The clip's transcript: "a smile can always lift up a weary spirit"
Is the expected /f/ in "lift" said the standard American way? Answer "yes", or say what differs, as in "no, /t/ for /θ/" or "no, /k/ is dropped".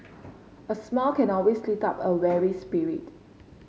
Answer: no, /f/ is dropped